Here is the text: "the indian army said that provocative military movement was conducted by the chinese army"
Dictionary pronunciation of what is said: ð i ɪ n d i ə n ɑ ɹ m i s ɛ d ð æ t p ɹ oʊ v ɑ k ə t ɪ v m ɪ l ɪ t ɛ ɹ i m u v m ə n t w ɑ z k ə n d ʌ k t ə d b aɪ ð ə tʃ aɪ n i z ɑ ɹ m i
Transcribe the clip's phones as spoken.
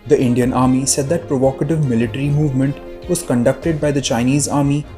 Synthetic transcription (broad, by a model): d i ɪ n d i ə n ɑ ɹ m i s ɛ d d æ t p ɹ oʊ v ɑ k ə t ɪ v m ɪ l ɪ t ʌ ɹ i m u v m ə n t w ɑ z k ə n d ʌ k t ə d b aɪ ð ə tʃ aɪ n i z ɑ ɹ m i